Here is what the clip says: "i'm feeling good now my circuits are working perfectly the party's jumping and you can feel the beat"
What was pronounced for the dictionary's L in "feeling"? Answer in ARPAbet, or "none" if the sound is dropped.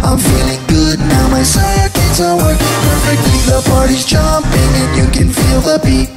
L